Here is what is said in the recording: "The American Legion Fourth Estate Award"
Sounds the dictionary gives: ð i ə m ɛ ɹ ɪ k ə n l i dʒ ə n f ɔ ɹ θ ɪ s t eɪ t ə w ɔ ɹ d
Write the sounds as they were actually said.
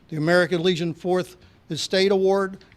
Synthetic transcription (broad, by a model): ð i ə m ɛ ɹ ɪ k ə n l i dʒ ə n f ɔ ɹ θ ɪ s t eɪ t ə w ɔ ɹ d